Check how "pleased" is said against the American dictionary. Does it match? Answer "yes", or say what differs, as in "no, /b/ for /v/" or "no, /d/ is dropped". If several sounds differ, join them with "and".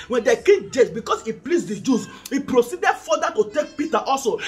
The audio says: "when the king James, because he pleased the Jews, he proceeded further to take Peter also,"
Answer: no, /s/ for /z/